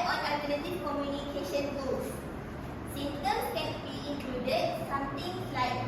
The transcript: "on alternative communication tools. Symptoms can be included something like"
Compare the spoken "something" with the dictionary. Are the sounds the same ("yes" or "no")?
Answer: no